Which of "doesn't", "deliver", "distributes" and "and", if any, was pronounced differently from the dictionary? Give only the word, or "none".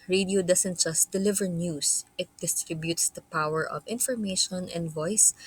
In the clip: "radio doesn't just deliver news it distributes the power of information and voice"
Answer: doesn't